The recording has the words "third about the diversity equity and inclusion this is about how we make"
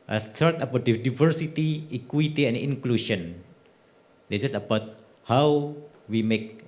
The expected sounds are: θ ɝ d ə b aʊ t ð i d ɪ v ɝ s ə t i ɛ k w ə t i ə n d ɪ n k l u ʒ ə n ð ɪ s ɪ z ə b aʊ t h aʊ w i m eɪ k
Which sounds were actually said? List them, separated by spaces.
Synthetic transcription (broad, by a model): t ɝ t ə b aʊ t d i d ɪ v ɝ s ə t i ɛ k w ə t i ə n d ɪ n k l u ʃ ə n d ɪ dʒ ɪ s ə b aʊ t h aʊ w i m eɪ k